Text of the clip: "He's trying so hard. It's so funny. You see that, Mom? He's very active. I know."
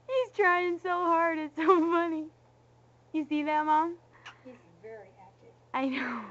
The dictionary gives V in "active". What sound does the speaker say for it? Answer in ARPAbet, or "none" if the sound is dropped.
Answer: none